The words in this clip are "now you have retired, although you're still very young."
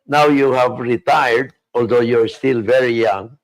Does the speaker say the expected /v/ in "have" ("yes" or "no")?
yes